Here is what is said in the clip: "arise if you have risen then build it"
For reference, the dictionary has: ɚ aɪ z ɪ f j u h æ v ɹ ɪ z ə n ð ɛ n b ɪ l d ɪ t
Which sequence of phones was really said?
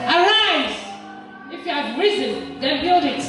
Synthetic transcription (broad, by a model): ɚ aɪ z ɪ f j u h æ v ɹ ɪ z ə n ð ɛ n b ɪ l d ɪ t